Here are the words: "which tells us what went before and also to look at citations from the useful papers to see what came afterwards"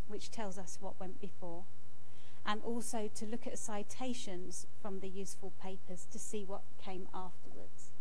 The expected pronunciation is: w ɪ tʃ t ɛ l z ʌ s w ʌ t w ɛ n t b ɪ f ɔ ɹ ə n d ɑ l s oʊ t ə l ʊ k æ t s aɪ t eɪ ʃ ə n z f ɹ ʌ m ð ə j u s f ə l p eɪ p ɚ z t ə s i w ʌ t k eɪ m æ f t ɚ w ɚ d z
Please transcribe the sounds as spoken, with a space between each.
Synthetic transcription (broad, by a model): w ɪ tʃ t ɛ l z ʌ s w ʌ t w ɛ n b ɪ f ɔ ɹ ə n ɑ l s oʊ t ə l ʊ k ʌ t s aɪ t eɪ ʃ ə n z f ɹ ʌ m ð ə j u s f ə l p eɪ p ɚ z t ə s i w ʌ t k eɪ m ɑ f t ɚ w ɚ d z